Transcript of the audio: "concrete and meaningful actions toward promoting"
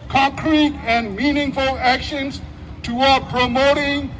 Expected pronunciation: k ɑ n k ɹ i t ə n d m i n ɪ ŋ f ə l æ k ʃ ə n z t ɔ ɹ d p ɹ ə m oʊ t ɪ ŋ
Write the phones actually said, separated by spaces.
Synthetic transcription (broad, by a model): k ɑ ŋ k ɹ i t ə n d m i n ɪ ŋ f ə l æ k ʃ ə n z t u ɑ p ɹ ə m oʊ t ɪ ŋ